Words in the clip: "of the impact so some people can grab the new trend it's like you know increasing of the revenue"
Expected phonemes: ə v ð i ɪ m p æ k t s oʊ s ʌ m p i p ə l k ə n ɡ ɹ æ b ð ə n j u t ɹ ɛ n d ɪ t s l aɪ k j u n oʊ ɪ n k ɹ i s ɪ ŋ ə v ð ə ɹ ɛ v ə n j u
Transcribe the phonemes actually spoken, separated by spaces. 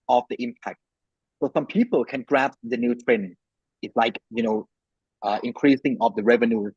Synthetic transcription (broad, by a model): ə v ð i ɪ m p æ k t s oʊ s ʌ m p i p ə l k ə n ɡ ɹ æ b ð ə n j u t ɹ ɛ n ɪ t s l aɪ k j u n oʊ ɪ n k ɹ i s ɪ ŋ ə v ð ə ɹ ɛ v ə n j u